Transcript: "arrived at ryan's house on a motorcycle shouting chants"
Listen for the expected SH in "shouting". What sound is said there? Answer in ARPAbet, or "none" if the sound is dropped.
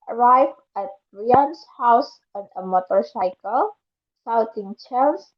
S